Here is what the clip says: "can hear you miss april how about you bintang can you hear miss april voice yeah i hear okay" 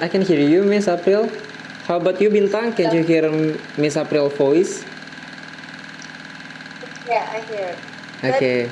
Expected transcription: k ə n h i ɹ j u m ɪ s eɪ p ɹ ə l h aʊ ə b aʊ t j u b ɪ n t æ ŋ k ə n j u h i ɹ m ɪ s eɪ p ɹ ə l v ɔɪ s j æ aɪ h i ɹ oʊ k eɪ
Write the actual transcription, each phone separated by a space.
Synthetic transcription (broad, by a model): k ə n h i ɹ j u m ɪ s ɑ p ɹ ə l h aʊ b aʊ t j u b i n t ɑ ŋ k ə n j u h i ɹ m ɪ s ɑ p ɹ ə l f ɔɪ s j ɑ aɪ h i ɹ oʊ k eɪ